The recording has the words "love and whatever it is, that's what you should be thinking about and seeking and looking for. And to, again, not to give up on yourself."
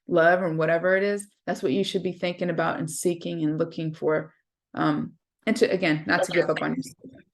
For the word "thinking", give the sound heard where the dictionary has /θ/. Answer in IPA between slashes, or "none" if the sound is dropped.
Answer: /θ/